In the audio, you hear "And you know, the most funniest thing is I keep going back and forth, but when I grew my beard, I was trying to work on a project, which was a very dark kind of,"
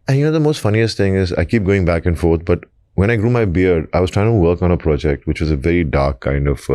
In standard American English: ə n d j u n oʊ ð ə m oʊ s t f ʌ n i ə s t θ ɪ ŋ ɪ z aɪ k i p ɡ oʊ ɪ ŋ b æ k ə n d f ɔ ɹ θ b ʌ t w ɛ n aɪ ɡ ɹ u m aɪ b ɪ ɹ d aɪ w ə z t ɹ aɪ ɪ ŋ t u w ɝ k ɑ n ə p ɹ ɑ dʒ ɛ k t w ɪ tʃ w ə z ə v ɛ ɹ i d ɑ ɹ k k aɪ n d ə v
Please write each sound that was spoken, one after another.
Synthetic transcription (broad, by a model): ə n j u n oʊ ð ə m oʊ s t f ʌ n i ə s t ɪ ŋ ɪ z aɪ k i p ɡ oʊ ɪ ŋ b æ k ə n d f ɔ ɹ t b ʌ t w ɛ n aɪ ɡ ɹ u m aɪ b ɪ ɹ d aɪ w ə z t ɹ aɪ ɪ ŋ t u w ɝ k ɑ n ə p ɹ ɑ dʒ ɛ k t w ɪ tʃ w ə z ə v ɛ ɹ i d ɑ ɹ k k aɪ n d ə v